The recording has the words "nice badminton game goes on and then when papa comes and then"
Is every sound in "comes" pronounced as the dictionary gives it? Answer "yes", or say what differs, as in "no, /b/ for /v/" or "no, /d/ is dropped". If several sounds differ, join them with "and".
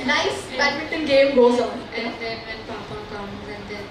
no, /z/ is dropped